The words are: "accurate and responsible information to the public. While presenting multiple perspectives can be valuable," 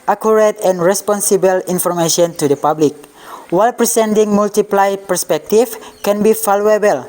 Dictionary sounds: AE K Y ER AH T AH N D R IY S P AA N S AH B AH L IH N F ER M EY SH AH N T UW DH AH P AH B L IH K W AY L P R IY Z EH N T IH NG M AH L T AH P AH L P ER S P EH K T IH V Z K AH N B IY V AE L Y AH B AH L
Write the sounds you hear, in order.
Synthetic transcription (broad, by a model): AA K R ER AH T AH N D R IY S P AA N S AH B AH L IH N F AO M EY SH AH N T UW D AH P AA B L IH K W AY L P R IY S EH N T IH NG M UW L T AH P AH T P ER S P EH K T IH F K AH N B IY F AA L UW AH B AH L